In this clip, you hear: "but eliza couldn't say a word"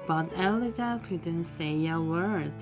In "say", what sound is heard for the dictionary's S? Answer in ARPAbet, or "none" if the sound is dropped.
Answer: S